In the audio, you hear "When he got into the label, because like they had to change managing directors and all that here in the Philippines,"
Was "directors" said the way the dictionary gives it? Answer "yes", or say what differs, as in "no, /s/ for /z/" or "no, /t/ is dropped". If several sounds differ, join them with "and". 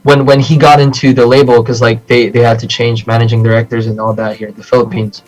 yes